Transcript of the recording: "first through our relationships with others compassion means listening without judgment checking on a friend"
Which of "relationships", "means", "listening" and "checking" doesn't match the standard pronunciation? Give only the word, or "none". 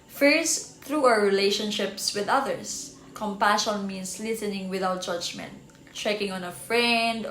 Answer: means